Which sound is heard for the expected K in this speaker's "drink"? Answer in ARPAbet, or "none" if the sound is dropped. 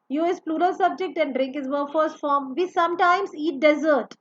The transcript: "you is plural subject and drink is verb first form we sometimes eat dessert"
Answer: K